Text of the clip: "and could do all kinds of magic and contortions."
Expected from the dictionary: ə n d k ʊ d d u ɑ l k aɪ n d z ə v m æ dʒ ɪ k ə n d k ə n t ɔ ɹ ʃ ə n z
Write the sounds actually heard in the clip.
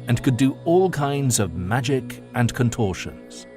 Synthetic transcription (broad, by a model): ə n k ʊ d d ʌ ɑ l k aɪ n d z ə v m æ dʒ ɪ k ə n k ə n t ɔ ɹ ʃ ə n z